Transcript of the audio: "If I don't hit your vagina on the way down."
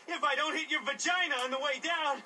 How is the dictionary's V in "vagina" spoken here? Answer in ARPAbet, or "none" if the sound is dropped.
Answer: V